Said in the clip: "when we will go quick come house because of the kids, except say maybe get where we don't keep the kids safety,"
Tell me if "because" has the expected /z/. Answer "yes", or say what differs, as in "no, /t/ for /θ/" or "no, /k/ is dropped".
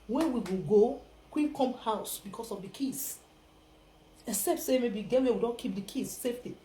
no, /s/ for /z/